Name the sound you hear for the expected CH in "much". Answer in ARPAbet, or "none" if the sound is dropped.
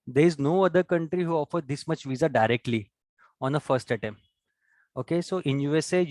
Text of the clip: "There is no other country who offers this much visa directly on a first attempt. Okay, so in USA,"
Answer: CH